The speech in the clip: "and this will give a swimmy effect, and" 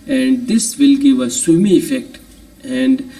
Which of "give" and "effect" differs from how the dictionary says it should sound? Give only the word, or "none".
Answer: none